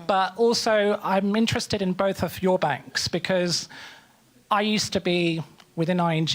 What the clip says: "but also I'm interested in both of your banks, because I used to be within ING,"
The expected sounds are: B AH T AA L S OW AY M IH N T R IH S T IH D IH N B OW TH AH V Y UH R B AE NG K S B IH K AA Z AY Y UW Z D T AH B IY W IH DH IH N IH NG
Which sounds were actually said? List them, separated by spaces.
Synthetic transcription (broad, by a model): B AH T AA L S OW AY M IH N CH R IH S T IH D IH N B OW TH AH V Y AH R B AE NG K S B IH K AA Z AY Y UW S T AH B IY W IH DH IH N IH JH